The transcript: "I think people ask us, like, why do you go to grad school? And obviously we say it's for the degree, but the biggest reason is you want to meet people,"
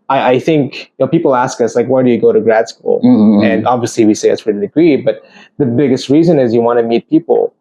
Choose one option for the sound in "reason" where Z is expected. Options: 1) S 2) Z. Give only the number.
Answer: 2